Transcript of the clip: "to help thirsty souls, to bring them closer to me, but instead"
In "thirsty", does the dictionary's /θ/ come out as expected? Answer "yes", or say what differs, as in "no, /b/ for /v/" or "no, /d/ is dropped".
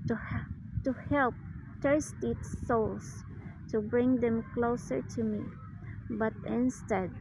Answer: no, /t/ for /θ/